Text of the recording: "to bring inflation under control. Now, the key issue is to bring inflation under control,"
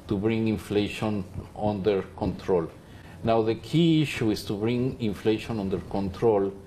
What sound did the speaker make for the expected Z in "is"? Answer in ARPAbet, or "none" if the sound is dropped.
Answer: S